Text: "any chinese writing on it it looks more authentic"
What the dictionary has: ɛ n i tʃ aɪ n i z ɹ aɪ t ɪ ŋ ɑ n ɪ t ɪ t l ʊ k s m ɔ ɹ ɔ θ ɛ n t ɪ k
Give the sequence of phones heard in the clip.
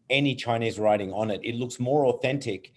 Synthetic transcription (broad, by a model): ɛ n i tʃ aɪ n i z ɹ aɪ t ɪ ŋ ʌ n ɪ t ɪ t l ʊ k s m ɔ ɹ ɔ θ ɛ n t ɪ k